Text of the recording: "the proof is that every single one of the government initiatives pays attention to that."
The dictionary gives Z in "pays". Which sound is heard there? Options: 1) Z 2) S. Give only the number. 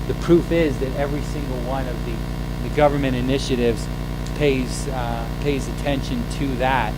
1